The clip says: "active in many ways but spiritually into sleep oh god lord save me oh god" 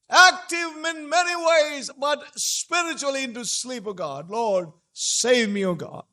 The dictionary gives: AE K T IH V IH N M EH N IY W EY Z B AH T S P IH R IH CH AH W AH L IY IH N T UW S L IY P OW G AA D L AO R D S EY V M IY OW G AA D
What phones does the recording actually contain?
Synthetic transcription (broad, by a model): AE K T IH V IH N M EH N IY W EY Z B AH T S P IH R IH CH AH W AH L IY IH N T UW S L IY P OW G AA D L AO R D S EY V M IY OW G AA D